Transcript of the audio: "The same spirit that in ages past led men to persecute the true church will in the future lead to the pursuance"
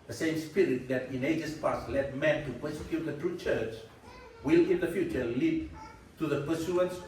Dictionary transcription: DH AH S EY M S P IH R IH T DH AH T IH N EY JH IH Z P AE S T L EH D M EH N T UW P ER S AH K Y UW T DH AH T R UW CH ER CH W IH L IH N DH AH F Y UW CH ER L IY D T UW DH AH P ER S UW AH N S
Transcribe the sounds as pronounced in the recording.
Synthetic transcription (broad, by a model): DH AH S EY M S P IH R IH T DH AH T IH N EY JH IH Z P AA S L EH D M EH N T UW P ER S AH K Y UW T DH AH T R UW CH ER CH W IH L IH N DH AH F Y UW CH ER L IY D T UW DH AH P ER S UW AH N S